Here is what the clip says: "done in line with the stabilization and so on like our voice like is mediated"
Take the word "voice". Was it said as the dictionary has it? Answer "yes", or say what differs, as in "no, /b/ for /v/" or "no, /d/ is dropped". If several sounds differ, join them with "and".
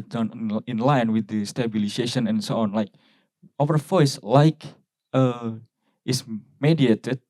no, /f/ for /v/